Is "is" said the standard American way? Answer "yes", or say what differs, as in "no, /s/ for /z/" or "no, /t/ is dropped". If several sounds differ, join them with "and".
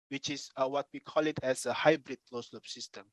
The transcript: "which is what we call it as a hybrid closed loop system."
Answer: no, /s/ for /z/